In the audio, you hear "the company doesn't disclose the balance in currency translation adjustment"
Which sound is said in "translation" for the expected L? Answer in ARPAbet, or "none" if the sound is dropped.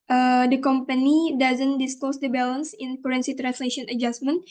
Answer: L